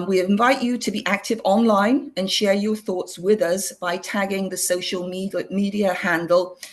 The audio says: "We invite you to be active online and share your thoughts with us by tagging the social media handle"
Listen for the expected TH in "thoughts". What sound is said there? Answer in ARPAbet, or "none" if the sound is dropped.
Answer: TH